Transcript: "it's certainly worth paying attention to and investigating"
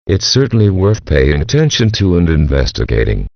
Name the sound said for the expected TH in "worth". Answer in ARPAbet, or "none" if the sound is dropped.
TH